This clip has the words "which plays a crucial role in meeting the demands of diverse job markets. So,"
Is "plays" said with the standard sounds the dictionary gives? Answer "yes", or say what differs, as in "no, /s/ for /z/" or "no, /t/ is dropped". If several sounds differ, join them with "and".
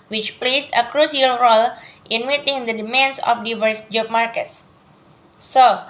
no, /s/ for /z/